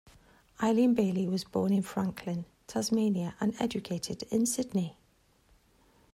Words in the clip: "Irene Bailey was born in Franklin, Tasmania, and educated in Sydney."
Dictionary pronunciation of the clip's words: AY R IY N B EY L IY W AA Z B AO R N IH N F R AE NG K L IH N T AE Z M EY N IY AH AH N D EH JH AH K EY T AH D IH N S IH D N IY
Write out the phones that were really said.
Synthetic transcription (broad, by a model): AY L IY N B EY L IY W AA Z B AO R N IH N F R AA NG K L IH N T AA Z M EY N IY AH AH N EH JH AH K EY T AH D IH N S IH D N IY